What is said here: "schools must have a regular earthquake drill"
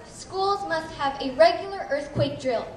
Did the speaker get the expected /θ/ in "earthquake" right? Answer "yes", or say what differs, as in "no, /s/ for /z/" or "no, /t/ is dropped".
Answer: yes